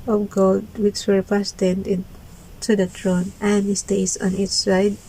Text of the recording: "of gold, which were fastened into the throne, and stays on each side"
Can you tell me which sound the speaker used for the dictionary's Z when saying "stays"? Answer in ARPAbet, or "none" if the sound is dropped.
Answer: S